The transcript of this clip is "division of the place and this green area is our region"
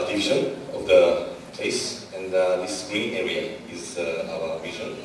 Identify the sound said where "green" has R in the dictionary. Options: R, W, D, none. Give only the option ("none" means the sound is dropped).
none